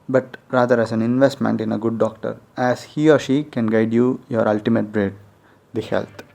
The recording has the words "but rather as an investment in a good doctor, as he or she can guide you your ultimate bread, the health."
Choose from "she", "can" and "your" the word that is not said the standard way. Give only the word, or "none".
none